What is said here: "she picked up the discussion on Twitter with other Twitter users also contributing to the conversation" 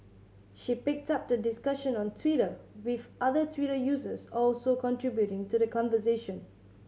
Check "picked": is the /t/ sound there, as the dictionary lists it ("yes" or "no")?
yes